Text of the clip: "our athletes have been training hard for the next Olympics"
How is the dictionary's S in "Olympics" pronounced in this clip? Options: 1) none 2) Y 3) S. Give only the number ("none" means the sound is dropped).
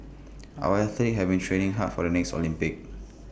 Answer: 1